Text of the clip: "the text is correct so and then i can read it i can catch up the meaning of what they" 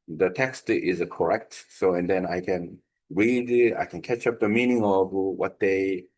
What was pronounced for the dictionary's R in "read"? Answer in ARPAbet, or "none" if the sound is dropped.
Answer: R